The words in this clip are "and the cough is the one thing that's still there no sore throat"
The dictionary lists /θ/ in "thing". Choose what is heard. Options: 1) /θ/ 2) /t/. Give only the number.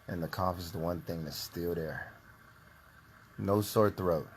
1